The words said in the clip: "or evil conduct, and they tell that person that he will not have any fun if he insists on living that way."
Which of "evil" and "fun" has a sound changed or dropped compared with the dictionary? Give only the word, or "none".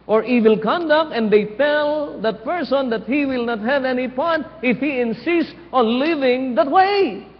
fun